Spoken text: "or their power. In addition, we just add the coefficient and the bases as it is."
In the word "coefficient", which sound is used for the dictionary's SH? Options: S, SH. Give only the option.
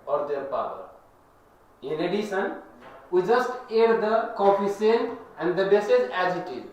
S